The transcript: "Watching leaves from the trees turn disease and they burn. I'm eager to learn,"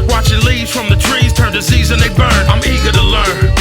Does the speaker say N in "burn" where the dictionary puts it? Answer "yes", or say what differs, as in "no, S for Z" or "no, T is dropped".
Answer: yes